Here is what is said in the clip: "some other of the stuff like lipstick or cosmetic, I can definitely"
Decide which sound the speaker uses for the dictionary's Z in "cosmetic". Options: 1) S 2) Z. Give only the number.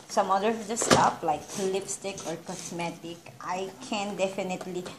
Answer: 1